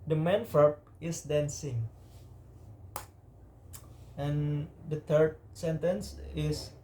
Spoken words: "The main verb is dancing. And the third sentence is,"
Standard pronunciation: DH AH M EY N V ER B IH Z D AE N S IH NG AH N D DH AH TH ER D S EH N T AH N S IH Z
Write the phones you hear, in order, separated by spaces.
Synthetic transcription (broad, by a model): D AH M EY N F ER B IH S D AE N S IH NG AH N D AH T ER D S EH N T AH N S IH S